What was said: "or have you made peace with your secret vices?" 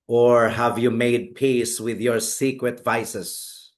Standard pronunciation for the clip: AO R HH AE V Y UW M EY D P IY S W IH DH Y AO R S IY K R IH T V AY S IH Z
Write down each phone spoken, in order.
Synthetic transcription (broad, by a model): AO R HH AE V Y UW M EY D P IY S W IH DH Y AO R S IY K R IH T V AY S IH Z